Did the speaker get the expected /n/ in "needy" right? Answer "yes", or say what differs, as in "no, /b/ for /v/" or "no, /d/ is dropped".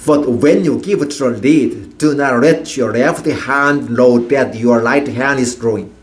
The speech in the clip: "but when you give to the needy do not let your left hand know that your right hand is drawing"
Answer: no, /l/ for /n/